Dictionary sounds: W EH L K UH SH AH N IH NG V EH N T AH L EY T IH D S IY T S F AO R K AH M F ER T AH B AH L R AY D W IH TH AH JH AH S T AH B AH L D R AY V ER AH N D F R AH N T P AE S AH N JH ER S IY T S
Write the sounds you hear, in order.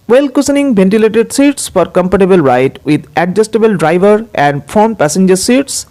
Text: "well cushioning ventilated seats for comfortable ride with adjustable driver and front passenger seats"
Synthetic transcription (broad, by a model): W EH L K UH S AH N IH NG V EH N T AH L EY T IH D S IY T S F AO R K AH M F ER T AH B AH L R AY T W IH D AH JH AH S T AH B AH L D R AY V ER AH N D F AO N P AE S AH N JH ER S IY T S